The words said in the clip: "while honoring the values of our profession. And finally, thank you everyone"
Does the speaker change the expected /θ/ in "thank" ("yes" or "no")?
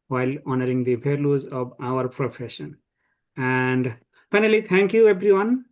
yes